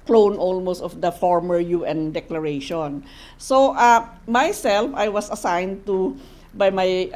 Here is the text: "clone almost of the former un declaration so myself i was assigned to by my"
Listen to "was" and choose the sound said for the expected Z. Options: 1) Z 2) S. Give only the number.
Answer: 2